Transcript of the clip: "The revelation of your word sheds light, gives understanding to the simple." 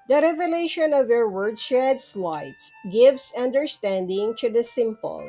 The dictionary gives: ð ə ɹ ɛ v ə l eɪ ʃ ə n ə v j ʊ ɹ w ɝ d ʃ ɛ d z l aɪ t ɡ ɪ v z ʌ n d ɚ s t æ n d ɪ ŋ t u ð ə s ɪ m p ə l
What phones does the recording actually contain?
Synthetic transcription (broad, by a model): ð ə ɹ ɛ v ə l eɪ ʃ ə n ə v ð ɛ ɹ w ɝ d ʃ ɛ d s l aɪ t ɡ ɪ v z ʌ n d ɚ s t æ n d ɪ ŋ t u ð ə s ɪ m p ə l